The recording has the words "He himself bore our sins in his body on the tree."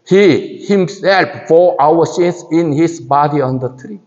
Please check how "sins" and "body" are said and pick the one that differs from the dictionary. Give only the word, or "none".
sins